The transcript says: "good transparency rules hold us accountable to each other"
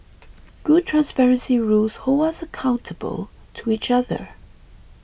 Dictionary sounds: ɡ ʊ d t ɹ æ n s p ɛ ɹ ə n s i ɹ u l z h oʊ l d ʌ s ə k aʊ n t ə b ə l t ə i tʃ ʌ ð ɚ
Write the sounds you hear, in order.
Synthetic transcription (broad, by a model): ɡ ʊ d t ɹ æ n s p ɛ ɹ ə n s i ɹ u l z h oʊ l ʌ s ə k aʊ n t ə b ə l t ə i tʃ ʌ ð ɚ